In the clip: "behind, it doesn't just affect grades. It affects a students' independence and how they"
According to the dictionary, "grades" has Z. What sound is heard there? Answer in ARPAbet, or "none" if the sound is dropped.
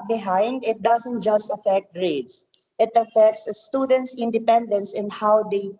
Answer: S